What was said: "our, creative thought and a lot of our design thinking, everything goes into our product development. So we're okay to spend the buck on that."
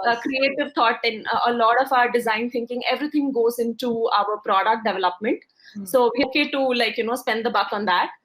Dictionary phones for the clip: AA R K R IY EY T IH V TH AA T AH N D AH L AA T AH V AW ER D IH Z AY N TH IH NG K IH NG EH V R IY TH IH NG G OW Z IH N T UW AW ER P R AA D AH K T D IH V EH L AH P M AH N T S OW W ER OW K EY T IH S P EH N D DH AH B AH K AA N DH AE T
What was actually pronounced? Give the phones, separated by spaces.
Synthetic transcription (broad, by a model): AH K R IY EY T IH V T AA T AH N AH L AA T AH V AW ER D IH Z AY N T IH NG K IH NG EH V R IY T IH NG G OW Z IH N T UW AW ER P R AA D AH K T D IH V EH L AH P M AH N T S OW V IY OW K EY T IH S P EH N D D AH B AH K AA N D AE T